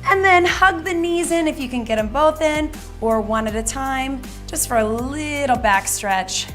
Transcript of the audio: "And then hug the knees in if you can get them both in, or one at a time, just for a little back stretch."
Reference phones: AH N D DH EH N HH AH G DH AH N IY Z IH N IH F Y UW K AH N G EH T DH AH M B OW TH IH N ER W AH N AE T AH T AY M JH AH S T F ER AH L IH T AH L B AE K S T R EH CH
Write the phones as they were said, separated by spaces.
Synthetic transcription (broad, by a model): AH N DH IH N HH AH G DH AH N IY Z IH N IH F Y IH K AH N G EH T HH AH M B OW TH IH N ER W AH N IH T AH T AY M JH AH S T F ER AH L IH T L B AE K S T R EH CH